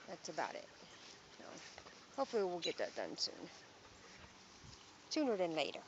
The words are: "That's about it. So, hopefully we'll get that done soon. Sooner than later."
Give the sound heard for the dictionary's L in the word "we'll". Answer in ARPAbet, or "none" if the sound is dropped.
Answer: L